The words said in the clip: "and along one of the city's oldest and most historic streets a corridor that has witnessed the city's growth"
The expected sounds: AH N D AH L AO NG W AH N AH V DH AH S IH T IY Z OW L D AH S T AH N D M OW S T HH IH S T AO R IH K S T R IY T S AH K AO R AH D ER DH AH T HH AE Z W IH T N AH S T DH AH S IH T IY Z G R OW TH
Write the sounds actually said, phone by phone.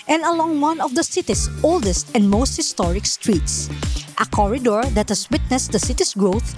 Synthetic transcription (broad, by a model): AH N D AH L AO NG W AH N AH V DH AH S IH T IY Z OW L D AH S T AH N D M OW S T HH IH S T AO R IH K S T R IY T S AH K AO R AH D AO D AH T HH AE S W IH T N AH S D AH S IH T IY S G R OW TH